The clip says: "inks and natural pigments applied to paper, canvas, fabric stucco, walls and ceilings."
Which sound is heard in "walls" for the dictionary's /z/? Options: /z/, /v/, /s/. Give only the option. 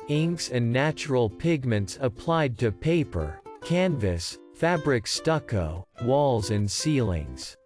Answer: /z/